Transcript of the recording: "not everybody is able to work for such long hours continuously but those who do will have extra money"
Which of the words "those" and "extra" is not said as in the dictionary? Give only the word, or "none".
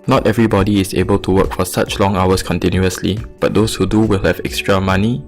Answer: those